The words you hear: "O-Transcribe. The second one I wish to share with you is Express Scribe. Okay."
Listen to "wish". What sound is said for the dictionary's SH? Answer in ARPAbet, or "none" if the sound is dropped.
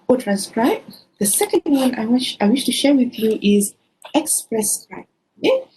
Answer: SH